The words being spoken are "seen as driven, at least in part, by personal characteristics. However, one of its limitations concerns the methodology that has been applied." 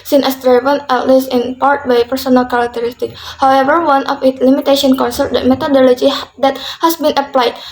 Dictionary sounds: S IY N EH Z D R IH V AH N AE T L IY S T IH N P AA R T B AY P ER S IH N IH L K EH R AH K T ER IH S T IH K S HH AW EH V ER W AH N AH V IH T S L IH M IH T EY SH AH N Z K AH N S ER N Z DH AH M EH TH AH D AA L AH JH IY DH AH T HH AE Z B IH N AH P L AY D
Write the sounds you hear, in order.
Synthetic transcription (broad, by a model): S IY N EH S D R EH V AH N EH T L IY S IH N P AA R T B AY P ER S IH N IH L K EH R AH K T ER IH S T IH K HH AW EH V ER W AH N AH F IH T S L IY M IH T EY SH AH N K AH N S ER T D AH M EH T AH D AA L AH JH IY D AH T HH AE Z B IH N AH P L AY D